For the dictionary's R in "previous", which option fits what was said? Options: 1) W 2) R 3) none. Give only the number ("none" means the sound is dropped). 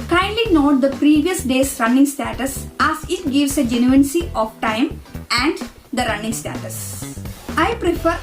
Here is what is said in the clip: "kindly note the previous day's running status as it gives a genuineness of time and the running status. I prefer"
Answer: 2